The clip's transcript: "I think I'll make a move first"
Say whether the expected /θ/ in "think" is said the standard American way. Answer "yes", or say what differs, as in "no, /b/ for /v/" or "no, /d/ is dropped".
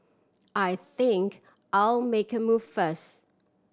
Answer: yes